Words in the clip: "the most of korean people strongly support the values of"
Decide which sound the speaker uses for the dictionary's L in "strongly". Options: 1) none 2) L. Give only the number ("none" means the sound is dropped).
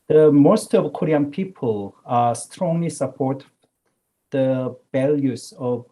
2